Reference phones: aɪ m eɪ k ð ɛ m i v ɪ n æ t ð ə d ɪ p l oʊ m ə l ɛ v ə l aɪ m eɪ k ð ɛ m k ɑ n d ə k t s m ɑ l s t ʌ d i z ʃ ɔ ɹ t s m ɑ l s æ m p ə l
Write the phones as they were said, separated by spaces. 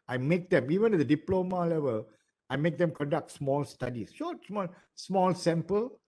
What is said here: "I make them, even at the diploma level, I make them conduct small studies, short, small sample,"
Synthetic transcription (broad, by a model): aɪ m eɪ k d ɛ m i v ɪ n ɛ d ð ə d ɪ p l oʊ m ə l ɛ v ə l aɪ m eɪ k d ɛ m k ɑ n d ə k t s m ɑ l s t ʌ d i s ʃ ɔ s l s m ɑ l s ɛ m p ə l